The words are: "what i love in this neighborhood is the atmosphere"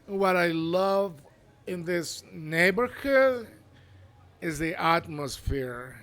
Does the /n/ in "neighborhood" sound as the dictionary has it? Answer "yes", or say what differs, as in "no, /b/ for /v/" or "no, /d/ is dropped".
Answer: yes